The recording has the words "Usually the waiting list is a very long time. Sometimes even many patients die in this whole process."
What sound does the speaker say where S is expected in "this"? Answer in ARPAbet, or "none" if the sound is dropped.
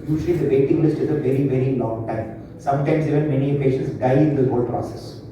none